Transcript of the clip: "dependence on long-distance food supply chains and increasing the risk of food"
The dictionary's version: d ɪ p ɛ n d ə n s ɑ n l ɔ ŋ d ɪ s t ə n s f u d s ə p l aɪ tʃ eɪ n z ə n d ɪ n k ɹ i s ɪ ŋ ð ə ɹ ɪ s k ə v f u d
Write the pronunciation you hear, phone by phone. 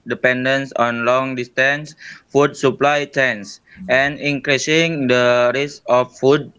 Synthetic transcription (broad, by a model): d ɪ p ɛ n d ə n s ɑ n l ɔ ŋ d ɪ s t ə n s f u d s ə p l aɪ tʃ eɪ n s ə n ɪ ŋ k ɹ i s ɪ ŋ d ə ɹ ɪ s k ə f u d